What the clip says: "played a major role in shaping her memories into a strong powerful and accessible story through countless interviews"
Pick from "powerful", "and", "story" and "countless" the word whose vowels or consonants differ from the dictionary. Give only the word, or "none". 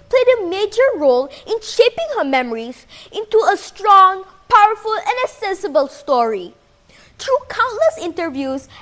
none